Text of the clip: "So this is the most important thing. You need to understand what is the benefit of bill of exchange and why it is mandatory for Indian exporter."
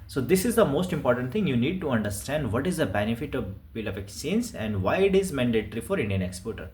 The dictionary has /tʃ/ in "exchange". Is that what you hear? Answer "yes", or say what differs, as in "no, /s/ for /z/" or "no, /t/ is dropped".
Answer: no, /tʃ/ is dropped